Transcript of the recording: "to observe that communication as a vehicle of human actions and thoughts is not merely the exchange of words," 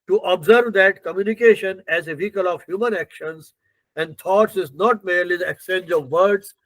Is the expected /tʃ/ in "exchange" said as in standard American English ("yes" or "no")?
no